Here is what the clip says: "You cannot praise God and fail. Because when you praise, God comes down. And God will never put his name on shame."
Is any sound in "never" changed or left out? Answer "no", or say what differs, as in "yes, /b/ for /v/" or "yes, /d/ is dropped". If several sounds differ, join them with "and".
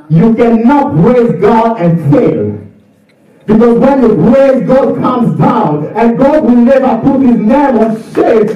no